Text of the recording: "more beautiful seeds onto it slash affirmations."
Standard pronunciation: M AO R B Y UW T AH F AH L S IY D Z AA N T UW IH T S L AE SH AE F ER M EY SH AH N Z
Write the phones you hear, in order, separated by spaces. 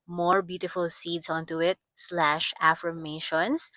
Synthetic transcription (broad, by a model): M AO R B Y UW T AH F AH L S IY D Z AA N T UW IH T S L AE SH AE F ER M EY SH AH N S